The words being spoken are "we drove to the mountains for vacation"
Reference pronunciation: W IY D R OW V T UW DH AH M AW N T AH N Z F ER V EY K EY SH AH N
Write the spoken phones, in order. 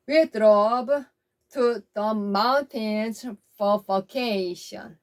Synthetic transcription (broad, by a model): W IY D R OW B T UW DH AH M AW N T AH N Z F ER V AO K EY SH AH N